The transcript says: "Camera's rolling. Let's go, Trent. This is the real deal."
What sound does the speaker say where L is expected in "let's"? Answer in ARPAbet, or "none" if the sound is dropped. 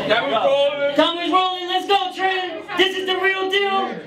L